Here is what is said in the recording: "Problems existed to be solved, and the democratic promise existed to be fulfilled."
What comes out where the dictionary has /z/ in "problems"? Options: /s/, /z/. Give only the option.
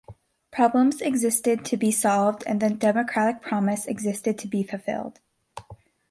/z/